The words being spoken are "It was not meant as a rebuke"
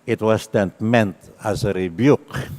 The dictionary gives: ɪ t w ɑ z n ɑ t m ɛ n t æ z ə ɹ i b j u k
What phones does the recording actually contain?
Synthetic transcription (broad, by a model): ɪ t w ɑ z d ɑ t m ɛ n t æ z ə ɹ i b j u k